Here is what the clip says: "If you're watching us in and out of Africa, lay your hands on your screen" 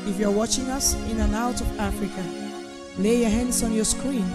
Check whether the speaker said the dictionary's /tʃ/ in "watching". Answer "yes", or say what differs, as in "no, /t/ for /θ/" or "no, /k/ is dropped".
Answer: yes